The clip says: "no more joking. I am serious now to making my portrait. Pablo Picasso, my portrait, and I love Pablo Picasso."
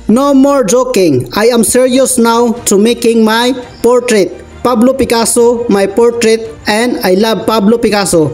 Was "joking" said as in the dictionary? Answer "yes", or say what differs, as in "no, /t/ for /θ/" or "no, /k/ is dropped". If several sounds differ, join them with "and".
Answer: yes